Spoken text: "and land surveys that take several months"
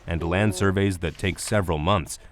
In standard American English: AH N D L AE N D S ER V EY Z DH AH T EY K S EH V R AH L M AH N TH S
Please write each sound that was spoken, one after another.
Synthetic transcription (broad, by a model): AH N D L AE N D S ER V EY Z DH AH T EY K S EH V R AH L M AH N TH S